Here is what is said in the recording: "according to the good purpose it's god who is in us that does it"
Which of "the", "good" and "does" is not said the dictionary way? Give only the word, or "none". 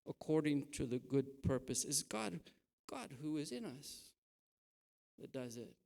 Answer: none